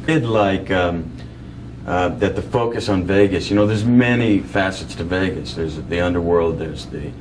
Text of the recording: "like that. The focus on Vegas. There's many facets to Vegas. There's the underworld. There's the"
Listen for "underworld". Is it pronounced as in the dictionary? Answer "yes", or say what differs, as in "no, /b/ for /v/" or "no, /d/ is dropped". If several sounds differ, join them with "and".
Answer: yes